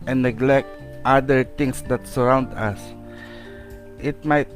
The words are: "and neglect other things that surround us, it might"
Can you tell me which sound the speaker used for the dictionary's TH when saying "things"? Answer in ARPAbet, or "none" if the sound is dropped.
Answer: T